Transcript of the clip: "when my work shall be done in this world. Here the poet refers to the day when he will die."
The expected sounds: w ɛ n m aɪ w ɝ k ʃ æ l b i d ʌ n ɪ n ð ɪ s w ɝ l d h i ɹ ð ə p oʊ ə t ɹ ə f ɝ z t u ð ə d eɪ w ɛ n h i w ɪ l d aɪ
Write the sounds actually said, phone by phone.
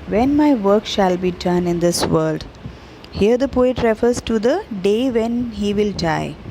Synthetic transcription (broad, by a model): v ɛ n m aɪ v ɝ k ʃ æ l b i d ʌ n ɪ n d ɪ s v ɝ l d h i ɹ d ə p oʊ ə t ɹ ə f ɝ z t u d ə d eɪ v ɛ n h i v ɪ l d aɪ